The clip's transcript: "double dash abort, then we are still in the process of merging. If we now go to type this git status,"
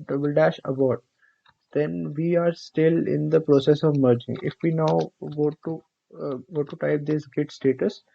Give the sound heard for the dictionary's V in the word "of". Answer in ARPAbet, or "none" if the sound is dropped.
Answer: V